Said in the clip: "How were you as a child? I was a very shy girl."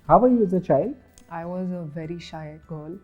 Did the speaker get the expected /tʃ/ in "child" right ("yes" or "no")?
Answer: yes